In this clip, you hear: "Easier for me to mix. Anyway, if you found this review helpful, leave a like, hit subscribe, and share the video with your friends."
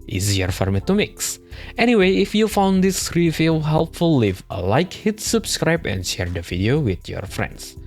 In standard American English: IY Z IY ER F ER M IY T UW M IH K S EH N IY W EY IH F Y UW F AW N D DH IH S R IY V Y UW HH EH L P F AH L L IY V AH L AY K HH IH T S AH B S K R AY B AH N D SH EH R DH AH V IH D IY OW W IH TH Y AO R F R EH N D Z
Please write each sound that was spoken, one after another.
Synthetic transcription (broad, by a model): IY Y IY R F ER M IY T UW M IH K S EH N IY W EY IH F Y UW F AW N D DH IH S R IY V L HH EH L P F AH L L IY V AH L AY K HH IH T S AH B S K R AY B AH N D SH EH R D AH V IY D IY OW W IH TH Y AO R F R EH N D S